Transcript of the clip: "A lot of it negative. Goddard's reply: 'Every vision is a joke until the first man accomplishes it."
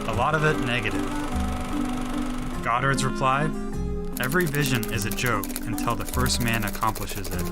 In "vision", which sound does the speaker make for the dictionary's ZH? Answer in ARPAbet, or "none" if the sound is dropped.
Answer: ZH